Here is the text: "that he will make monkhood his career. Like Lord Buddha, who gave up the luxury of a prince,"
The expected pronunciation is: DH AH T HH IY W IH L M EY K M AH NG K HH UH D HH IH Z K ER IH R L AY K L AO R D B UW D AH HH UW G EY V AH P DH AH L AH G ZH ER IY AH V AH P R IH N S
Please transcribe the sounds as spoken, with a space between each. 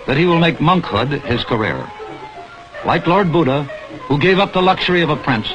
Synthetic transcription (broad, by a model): DH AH T HH IY W IH L M EY K M AH NG K HH UH D IH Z K ER IH R L AY K L AO R D B UW D AH HH UW G EY V AH P DH AH L AH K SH ER IY AH V AH P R IH N S